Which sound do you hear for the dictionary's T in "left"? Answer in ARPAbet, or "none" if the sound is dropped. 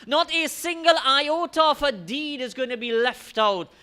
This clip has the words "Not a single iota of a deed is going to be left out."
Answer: T